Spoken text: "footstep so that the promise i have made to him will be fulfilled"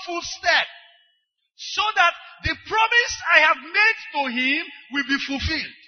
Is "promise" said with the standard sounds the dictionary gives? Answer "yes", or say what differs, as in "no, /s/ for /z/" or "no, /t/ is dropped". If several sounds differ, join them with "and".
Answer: yes